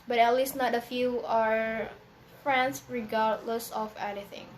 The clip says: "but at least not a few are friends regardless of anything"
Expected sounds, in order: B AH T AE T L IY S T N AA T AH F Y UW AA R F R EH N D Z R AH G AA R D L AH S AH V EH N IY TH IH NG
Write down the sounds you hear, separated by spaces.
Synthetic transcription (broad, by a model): B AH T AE T L IY S T N AA T AH F Y UW AA R F R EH N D S R AH G AA R D L AH S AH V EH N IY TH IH NG